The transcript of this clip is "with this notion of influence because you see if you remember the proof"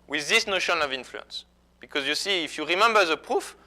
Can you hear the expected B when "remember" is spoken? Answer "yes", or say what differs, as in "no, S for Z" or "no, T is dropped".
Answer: yes